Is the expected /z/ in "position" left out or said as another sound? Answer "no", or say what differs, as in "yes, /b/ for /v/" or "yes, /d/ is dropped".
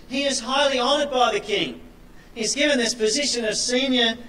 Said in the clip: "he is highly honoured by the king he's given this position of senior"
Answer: no